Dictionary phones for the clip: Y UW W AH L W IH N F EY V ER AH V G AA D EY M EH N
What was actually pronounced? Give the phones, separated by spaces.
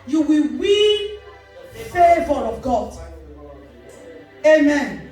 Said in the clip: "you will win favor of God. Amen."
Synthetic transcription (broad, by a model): Y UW W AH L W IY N F EY V ER AH V G AA D EY M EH N